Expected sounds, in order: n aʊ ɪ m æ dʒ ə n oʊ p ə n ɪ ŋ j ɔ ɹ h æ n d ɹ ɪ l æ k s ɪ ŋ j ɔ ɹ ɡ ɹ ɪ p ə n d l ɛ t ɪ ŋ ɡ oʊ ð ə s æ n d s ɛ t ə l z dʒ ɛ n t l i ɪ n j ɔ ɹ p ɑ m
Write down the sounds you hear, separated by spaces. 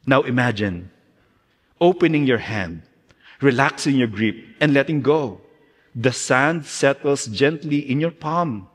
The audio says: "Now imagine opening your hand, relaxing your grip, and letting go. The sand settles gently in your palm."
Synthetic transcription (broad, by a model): n aʊ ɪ m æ dʒ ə n oʊ p ə n ɪ ŋ j ɔ ɹ h æ n d ɹ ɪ l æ k s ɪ ŋ j ɔ ɹ ɡ ɹ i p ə n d l ɛ t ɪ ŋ ɡ oʊ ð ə s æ n d s ɛ t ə l s dʒ ɛ n t l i ɪ n j ɔ ɹ p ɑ m